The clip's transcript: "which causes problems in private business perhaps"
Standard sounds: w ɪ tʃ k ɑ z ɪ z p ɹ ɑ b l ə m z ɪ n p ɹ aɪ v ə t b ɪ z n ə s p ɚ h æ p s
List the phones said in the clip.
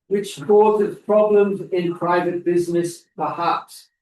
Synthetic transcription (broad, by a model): w ɪ tʃ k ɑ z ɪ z p ɹ ɑ b l ə m z ɪ n p ɹ aɪ v ə t b ɪ z n ə s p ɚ h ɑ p s